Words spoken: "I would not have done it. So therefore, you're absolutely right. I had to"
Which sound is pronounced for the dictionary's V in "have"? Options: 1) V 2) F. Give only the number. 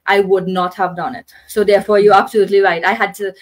1